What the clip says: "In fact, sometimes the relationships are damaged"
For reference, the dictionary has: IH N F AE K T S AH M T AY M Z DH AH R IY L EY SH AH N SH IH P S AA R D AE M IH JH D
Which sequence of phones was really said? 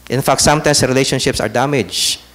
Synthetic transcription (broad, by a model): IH N F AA K T S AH M T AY M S R IY L EY SH AH N SH IH P S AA R D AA M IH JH